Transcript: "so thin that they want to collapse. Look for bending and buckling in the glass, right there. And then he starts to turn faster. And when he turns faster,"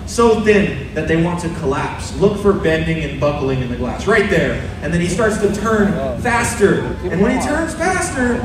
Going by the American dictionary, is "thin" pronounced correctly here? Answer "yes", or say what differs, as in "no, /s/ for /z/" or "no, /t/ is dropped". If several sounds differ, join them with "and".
yes